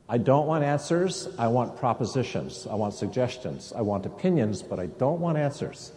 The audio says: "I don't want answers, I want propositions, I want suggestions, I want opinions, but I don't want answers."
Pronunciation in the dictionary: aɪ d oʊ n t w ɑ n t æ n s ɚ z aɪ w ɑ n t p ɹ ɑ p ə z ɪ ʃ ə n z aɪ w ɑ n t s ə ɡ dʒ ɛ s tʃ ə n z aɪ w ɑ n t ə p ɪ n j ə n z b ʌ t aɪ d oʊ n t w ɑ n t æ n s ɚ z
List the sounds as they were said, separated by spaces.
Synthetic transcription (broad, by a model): aɪ d oʊ n t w ɑ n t æ n s ɚ z aɪ w ɑ n p ɹ ɑ p ə z ɪ ʃ ə n z aɪ w ɑ n t s ə ɡ dʒ ɛ s tʃ ə n z aɪ w ɑ n t ə p ɪ n j ə n z b ʌ t aɪ d oʊ n t w ɑ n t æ n s ɚ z